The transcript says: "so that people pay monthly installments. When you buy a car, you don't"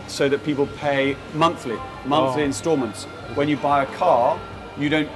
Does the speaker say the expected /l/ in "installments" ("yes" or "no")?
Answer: no